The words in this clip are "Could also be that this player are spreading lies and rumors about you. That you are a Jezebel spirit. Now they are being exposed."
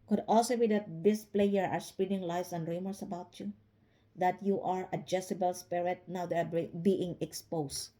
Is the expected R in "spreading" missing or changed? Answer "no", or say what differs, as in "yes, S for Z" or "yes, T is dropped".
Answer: yes, R is dropped